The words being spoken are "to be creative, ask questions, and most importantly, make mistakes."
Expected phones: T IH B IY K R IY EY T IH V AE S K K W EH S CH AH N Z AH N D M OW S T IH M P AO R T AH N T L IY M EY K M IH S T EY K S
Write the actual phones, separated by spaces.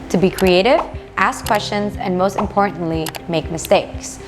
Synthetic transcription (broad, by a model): T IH B IY K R IY EY T IH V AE S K K W EH S CH AH N Z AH N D M OW S T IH M P AO R T N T L IY M EY K M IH S T EY K S